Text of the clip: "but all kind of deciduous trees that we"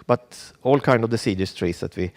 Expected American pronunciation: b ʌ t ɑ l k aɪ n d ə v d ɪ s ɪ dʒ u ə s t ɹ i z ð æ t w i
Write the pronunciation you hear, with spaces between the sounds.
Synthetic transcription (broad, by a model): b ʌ t ɑ l k aɪ n d ə v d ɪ s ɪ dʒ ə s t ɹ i s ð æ t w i